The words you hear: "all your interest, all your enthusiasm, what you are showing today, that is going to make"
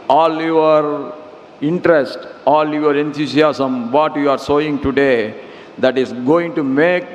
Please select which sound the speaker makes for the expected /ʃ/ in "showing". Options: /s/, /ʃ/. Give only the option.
/s/